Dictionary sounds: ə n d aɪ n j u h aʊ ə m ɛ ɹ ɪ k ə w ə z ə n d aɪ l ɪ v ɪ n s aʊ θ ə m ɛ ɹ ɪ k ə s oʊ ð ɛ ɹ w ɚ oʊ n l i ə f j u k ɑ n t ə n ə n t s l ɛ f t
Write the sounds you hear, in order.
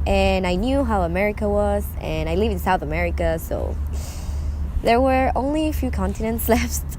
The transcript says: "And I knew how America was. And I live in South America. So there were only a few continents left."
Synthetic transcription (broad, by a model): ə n aɪ n j u h aʊ ə m ɛ ɹ ɪ k ə w ə z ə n aɪ l ɪ v ɪ n s aʊ θ ə m ɛ ɹ ɪ k ə s oʊ ð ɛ ɹ w ɚ oʊ n l i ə f j u k ɑ n t ə n ə n t s l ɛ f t